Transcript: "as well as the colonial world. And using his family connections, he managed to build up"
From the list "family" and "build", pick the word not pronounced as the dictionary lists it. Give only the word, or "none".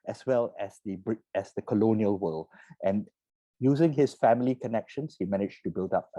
none